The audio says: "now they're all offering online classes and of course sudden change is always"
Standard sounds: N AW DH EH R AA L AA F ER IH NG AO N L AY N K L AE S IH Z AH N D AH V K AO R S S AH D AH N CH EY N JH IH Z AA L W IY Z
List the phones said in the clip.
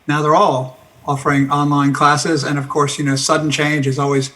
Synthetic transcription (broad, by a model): N AW DH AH R AA L AA F ER IH NG AO N L AY N K L AE S IH Z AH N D AH V K AO R S S AH D N CH EY N JH IH Z AA L W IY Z